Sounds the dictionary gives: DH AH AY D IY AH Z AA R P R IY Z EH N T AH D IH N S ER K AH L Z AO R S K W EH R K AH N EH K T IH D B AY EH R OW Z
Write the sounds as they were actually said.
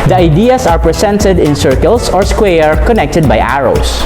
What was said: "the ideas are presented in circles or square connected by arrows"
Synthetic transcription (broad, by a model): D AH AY D IY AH S AA R P R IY S EH N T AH D IH N S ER K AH L S AO R S K W EH R K AH N EH K T IH D B AY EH R OW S